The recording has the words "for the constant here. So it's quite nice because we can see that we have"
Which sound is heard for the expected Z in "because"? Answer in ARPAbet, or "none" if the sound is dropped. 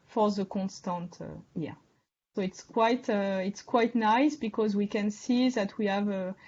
Z